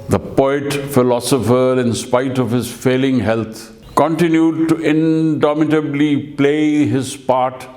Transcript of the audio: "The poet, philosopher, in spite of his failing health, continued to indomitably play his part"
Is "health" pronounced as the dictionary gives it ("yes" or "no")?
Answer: no